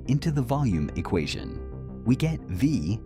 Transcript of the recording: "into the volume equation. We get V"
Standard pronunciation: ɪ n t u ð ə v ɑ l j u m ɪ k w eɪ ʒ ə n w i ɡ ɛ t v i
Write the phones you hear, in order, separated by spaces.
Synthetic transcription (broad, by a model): ɪ n t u ð ə v ɑ l j u m ɪ k w eɪ ʒ ə n w i ɡ ɛ t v i